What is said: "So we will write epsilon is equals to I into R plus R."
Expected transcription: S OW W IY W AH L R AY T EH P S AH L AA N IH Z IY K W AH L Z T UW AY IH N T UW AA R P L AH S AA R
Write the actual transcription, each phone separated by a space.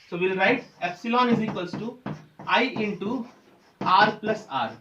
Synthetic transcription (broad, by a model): S OW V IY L R AY T EH P S AH L AA N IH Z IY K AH L S T UW AY IH N T UW AA R P L AH S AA R